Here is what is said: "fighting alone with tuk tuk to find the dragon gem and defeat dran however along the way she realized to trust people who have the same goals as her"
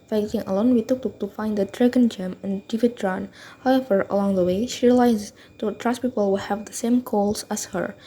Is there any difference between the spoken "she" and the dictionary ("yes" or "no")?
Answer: no